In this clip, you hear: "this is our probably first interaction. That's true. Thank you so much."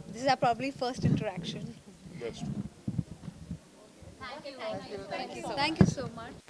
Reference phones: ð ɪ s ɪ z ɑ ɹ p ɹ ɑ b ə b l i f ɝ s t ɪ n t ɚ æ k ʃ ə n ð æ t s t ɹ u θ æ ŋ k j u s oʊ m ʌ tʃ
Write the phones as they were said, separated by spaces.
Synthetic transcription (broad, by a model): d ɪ s ɪ z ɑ p ɹ ɑ b ə b l i f ɝ s t ɪ n t ɚ æ k ʃ ə n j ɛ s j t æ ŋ k j u s oʊ m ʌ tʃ